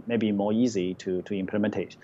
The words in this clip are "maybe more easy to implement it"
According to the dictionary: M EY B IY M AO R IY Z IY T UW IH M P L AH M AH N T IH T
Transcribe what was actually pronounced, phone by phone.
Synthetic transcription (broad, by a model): M EY B IY M AO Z IY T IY T UW IH M P L AH M AH N T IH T